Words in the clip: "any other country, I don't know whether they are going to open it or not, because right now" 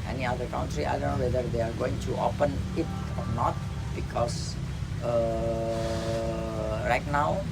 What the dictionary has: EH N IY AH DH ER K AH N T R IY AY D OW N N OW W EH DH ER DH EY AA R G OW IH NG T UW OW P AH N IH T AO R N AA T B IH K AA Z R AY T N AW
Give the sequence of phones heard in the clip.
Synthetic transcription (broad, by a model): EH N IY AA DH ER K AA N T R IY AY D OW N N OW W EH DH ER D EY AA R G OW IH NG T UW OW P AH N IH T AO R N AA T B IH K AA S R AY T N AW